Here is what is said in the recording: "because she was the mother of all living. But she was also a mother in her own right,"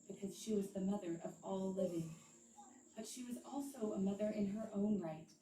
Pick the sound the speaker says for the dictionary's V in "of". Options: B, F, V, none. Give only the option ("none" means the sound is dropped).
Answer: V